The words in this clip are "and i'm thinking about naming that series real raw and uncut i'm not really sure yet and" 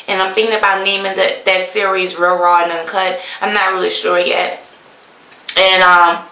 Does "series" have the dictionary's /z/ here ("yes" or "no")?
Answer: no